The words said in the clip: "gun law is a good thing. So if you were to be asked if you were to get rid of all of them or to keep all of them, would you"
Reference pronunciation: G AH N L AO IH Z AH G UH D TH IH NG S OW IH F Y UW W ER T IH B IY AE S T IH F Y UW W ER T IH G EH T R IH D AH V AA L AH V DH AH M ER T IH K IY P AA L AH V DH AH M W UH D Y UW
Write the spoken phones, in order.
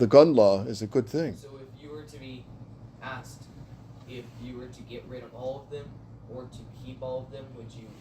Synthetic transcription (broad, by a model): G AH N L AO IH Z AH G UH D TH IH NG S OW IH F Y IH W ER T IH B IY AE S T IH F Y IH W ER T IH G EH T R IH D AH V AA L AH V DH AH M ER T IH K IY P AA L AH V DH AH M W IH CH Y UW